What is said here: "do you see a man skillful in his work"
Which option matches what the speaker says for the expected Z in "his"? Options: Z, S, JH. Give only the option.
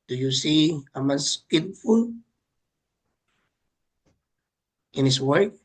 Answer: S